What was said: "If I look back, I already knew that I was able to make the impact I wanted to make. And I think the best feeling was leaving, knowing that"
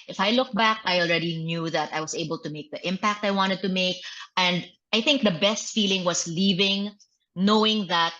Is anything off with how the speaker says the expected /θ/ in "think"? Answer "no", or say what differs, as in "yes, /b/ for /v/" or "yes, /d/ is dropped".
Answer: no